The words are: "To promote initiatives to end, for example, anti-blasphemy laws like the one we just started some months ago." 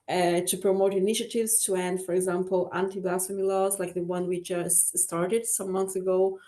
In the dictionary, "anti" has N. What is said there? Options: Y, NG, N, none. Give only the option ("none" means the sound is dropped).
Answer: N